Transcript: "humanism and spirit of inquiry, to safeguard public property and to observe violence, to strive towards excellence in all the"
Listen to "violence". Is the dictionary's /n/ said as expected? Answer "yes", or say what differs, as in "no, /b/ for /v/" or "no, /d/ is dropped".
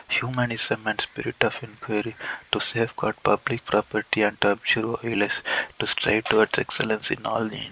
no, /n/ is dropped